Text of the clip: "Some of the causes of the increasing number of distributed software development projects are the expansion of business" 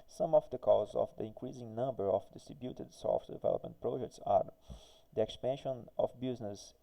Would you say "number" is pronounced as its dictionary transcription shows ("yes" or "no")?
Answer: yes